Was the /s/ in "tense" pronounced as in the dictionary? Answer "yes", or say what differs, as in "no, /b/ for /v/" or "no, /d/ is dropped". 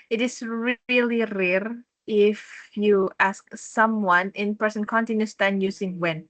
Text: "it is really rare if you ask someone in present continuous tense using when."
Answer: no, /s/ is dropped